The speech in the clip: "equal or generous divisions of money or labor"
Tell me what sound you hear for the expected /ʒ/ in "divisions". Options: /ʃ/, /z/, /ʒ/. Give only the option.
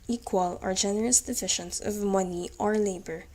/ʃ/